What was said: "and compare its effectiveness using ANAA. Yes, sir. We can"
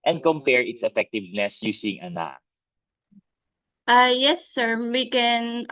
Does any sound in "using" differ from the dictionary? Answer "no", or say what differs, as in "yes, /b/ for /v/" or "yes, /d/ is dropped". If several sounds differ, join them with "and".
yes, /s/ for /z/